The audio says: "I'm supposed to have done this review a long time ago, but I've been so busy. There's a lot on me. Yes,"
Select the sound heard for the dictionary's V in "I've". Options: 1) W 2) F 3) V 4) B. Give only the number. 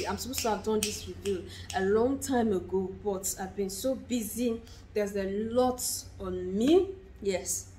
3